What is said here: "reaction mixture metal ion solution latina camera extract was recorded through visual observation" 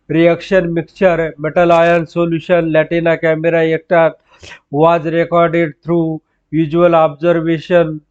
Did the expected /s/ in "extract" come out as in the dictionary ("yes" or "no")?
no